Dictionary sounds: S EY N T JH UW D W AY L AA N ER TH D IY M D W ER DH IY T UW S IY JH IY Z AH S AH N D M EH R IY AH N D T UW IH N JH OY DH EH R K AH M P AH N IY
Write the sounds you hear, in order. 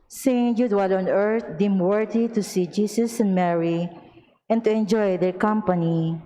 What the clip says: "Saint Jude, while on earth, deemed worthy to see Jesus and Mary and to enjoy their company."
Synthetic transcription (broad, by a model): S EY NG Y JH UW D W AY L AA N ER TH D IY M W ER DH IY T UW S IY JH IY S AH S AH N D M EH R IY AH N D T UW IH N JH OY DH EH R K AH M P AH N IY